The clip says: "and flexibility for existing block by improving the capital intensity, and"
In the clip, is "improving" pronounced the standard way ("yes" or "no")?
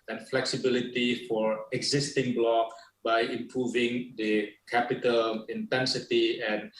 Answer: yes